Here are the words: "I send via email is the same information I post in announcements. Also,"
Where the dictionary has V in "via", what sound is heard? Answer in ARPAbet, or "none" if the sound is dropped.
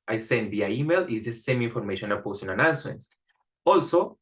B